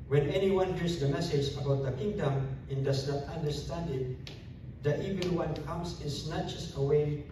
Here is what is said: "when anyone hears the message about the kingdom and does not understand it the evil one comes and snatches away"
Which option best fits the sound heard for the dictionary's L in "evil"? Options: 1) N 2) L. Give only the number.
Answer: 2